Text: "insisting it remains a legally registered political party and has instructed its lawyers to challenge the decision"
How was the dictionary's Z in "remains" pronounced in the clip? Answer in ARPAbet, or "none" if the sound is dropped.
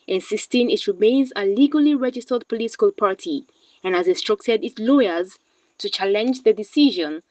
Z